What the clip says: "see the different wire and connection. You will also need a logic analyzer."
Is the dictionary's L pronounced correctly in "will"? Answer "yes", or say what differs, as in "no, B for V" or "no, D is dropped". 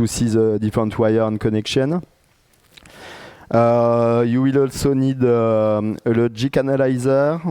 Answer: yes